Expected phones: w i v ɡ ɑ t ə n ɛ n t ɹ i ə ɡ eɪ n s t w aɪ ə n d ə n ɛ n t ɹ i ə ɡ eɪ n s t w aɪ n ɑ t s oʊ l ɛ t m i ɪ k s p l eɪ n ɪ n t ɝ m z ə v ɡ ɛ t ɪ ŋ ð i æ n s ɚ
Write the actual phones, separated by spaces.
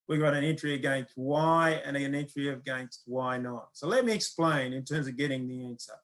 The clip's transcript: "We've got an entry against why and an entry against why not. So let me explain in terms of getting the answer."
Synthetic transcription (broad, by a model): w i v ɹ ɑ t ə n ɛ n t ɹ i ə ɡ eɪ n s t w aɪ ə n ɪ ə n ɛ n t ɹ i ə ɡ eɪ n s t w aɪ n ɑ t s oʊ l ɛ t m i ɪ k s p l eɪ n ɪ n t ɝ m z ə v ɡ ɛ t ɪ ŋ ð i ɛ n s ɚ